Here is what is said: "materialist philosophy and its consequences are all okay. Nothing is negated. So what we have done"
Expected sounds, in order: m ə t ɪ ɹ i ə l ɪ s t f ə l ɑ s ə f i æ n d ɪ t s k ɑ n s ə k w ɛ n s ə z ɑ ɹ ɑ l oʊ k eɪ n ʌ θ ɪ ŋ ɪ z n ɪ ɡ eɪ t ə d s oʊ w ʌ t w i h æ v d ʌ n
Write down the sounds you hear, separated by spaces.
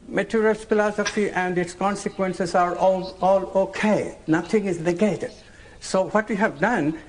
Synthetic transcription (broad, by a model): m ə t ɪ ɹ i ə l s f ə l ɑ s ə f i æ n d ɪ t s k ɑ n s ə k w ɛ n s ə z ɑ ɹ ɑ l oʊ k eɪ n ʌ t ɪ ŋ ɪ z n ɪ ɡ eɪ t ə d s oʊ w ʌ t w i h æ v d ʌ n